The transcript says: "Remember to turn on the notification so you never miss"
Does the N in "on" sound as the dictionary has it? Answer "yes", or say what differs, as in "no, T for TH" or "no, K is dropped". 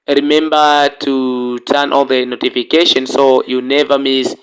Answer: no, L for N